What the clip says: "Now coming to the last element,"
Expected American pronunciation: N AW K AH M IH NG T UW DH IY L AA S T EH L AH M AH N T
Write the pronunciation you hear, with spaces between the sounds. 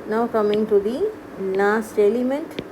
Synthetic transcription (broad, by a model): N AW K AH M IH NG T UW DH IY N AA S T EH L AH M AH N T